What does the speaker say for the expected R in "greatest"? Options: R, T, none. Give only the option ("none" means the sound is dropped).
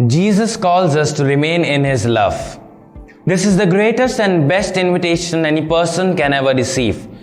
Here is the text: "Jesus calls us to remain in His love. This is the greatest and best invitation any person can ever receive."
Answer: R